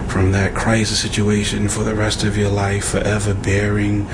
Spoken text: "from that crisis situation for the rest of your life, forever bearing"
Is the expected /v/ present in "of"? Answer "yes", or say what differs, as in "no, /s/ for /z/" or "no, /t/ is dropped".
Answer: yes